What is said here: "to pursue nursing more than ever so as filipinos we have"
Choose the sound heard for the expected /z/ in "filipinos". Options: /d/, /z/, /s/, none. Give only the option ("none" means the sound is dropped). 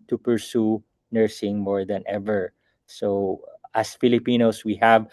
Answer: /s/